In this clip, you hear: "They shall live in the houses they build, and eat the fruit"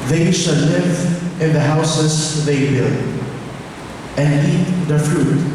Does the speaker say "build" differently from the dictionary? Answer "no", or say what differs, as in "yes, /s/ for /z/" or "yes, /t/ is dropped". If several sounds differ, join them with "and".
yes, /d/ is dropped